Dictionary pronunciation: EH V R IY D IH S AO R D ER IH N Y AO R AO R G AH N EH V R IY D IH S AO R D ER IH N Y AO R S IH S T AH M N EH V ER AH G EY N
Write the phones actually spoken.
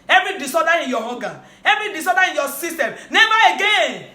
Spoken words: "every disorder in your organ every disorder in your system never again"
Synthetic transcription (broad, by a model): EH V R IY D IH S AO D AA IH N Y AO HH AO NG G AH EH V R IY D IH S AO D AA IH N Y AO S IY S T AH M N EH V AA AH G EY N